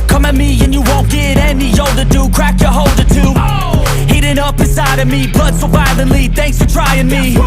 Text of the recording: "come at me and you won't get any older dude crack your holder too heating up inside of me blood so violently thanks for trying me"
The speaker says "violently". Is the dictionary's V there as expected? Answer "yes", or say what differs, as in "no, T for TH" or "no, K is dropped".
no, B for V